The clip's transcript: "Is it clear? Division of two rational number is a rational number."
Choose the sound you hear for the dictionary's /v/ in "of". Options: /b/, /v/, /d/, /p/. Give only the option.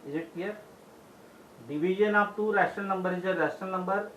/p/